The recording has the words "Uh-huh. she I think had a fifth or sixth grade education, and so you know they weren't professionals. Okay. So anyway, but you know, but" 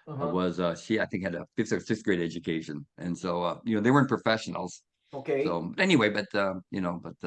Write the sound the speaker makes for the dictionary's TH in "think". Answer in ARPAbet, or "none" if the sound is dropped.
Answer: TH